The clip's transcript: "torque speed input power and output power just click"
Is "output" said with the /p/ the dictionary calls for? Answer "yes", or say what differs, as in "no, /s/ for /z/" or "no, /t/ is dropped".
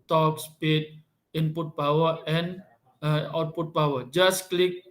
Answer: yes